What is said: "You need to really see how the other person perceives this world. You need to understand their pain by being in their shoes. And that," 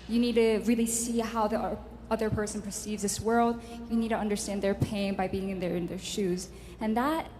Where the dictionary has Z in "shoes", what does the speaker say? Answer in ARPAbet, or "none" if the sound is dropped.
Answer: Z